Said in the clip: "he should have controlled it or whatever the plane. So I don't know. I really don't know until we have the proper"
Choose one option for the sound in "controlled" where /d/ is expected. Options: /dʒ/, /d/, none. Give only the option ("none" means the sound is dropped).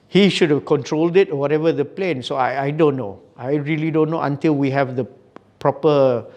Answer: /d/